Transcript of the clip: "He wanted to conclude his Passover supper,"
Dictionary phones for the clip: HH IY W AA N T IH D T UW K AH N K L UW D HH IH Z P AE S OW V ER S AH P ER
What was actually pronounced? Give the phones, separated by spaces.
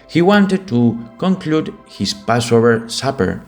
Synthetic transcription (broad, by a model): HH IY W AA N T IH D T UW K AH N K L UW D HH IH S P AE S OW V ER S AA P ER